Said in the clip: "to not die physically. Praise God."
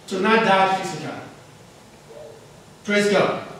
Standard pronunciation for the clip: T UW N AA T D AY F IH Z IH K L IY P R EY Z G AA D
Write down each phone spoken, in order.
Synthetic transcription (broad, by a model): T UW N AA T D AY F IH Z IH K IY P R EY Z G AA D